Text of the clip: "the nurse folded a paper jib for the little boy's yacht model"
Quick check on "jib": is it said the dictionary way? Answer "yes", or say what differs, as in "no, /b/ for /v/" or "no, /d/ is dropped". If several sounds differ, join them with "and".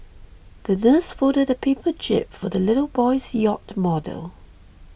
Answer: no, /tʃ/ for /dʒ/